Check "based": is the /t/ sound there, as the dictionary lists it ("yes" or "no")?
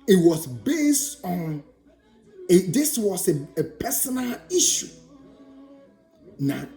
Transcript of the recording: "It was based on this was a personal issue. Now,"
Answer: yes